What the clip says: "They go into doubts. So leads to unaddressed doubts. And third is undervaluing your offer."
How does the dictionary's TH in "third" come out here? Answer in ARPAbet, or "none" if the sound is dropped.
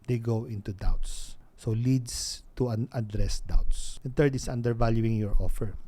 T